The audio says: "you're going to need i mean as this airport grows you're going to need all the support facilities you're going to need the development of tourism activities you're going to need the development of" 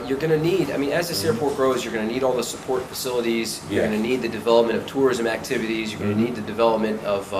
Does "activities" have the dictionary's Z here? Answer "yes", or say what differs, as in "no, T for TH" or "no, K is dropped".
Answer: yes